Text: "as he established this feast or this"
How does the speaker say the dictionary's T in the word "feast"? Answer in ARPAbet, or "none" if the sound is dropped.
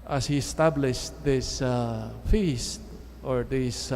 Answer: T